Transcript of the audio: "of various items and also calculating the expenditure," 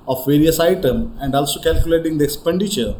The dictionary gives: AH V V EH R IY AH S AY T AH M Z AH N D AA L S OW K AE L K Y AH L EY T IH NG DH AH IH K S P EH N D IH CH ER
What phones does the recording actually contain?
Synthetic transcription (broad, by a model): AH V V EH R IY AH S AY T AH M AH N D AA L S OW K AE L K Y AH L EY T IH NG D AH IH K S P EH N D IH CH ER